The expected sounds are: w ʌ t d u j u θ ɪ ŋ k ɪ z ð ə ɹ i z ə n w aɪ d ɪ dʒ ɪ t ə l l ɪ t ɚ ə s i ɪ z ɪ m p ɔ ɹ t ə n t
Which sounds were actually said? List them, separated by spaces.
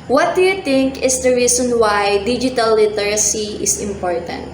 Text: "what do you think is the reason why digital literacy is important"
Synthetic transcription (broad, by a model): w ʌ t d u j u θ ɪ ŋ k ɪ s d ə ɹ i s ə n w aɪ d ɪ dʒ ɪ t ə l l ɪ t ɚ ə s i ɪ s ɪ m p ɔ ɹ t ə n t